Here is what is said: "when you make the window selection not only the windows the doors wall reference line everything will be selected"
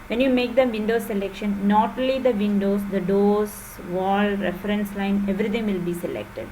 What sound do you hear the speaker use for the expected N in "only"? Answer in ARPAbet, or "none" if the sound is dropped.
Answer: none